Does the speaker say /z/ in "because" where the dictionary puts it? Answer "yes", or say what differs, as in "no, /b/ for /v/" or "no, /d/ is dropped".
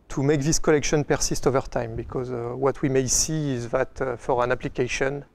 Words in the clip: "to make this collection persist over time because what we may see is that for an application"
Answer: yes